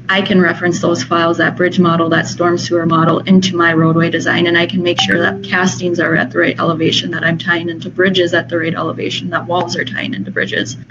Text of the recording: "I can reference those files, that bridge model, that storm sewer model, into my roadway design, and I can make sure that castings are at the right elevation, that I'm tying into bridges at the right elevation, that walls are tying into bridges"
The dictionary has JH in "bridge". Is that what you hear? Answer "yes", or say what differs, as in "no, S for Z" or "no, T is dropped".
yes